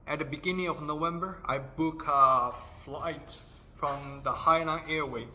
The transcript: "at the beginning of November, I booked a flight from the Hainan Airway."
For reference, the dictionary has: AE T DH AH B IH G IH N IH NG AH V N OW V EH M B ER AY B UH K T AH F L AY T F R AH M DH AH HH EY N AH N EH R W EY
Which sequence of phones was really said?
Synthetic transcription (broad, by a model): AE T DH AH B IH G IH N IH NG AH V N OW V EH M B ER AY B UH K AH F L AY T F R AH M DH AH HH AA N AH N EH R W EY